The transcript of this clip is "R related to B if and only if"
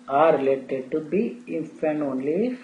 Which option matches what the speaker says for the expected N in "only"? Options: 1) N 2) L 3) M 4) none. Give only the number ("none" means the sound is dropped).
1